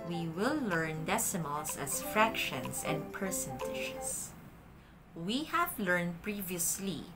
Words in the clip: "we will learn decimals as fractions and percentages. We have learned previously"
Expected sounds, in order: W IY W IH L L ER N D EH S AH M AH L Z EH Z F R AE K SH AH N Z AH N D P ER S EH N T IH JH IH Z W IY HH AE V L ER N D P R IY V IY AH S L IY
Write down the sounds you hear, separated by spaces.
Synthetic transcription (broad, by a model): W IY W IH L L ER N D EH S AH M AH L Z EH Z F R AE K SH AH N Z AH N D P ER S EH N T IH SH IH S W IY HH AE V L ER N D P R IY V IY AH S L IY